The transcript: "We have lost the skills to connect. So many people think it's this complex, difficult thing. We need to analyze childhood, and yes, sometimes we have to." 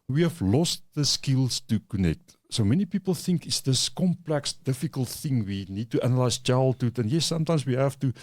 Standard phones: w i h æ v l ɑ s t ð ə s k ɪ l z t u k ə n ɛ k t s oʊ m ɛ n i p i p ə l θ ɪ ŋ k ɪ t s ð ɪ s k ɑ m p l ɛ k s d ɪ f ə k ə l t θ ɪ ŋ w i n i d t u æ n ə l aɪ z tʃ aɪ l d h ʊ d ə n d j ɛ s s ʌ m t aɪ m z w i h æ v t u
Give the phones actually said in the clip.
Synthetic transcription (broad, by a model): w i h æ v l ɑ s t ð ə s k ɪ l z t u k ə n ɛ k t s oʊ m ɛ n i p i p ə l θ ɪ ŋ k ɪ t s ð ɪ s k ɑ m p l ɛ k s d ɪ f ə k ə l t θ ɪ ŋ w i n i d t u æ n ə l aɪ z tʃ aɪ l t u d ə n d j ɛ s s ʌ m t aɪ m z w i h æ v t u